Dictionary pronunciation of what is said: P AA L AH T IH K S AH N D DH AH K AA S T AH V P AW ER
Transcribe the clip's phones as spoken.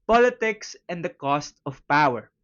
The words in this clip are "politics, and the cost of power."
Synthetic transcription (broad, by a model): P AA L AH T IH K S AH N D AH K AA S T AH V P AW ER